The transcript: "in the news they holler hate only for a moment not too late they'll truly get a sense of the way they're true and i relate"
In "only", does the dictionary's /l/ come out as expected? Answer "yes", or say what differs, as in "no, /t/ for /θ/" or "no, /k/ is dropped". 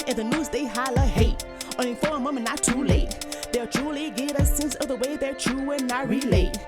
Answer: no, /l/ is dropped